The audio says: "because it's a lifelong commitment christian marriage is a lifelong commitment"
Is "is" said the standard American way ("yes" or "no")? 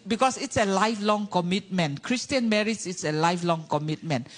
no